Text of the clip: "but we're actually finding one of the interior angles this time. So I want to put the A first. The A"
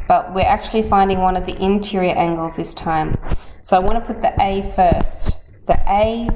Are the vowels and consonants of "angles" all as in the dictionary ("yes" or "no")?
yes